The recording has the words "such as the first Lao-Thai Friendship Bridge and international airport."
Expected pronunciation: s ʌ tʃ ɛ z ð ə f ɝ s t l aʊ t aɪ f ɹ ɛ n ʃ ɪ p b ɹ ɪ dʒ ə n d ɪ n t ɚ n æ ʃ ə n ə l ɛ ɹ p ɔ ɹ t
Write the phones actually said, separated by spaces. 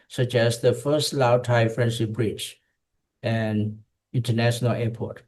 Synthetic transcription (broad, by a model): s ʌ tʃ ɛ s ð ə f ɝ s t l aʊ t aɪ f ɹ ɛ n s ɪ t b ɹ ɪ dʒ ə n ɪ n t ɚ n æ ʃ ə n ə l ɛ p ɔ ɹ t